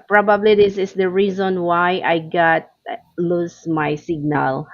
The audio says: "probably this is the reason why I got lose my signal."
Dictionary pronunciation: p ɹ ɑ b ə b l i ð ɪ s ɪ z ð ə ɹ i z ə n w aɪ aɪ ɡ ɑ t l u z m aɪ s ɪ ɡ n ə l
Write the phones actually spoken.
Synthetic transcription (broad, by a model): p ɹ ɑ b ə b l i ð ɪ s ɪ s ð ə ɹ i z ə n w aɪ aɪ ɡ ɑ t l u s m aɪ s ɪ ɡ n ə l